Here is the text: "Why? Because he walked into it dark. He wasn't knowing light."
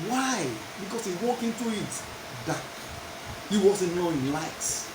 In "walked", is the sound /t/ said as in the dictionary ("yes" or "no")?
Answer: no